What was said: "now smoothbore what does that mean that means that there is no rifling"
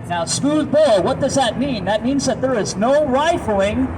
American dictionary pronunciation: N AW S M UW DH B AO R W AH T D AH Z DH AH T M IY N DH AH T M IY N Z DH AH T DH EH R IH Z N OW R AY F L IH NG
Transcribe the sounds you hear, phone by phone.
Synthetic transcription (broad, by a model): N AW S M UW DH B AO L W AH T D AH Z DH AH T M IY N DH AH T M IY N Z DH AH T DH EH R IH Z N OW R AY F L IH NG